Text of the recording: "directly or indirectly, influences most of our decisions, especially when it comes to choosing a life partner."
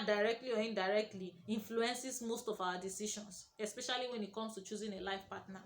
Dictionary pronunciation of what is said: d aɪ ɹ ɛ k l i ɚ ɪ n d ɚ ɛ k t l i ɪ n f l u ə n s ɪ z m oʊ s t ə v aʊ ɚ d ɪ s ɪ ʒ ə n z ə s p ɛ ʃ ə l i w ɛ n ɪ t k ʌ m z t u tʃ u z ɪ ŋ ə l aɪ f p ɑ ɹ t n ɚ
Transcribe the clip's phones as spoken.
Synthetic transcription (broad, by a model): d aɪ ɹ ɛ k l i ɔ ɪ n d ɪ ɛ k t l i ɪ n f l u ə n s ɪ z m oʊ s t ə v aʊ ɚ d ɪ s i ʃ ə n s ə s p ɛ ʃ ə l i w ɛ n ɪ t k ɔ m s t u tʃ u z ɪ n ə l aɪ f p ɑ t n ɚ